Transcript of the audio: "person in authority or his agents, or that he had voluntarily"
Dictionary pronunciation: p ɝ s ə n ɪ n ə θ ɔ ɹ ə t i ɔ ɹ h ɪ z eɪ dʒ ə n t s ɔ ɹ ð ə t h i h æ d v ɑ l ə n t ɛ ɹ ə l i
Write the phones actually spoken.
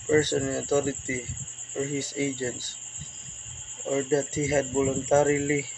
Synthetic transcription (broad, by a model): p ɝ s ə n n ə t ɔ ɹ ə t i ɔ ɹ h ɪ s eɪ dʒ ə n t s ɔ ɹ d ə t h i h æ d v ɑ l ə n t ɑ ɹ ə l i